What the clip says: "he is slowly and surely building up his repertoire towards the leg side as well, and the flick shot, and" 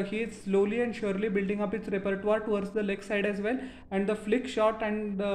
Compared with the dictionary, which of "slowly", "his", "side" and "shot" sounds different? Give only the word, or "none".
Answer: his